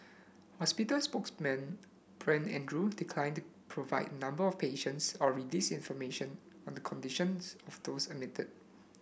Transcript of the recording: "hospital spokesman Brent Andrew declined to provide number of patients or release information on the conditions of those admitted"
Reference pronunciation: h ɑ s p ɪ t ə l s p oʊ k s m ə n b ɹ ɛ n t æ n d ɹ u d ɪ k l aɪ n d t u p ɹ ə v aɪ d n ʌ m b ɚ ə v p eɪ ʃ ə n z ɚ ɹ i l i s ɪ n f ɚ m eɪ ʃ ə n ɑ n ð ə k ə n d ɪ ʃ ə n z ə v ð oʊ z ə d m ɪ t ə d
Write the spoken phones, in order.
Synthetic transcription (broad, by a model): h ɑ s p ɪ t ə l s p oʊ k s m ə n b ɹ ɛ n ɛ n d ɹ u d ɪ k l aɪ n t u p ɹ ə v aɪ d n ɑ m b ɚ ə f p eɪ ʃ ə n s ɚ ɹ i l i s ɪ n f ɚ m eɪ ʃ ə n ɑ n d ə k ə n d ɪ ʃ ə n s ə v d oʊ s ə m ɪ t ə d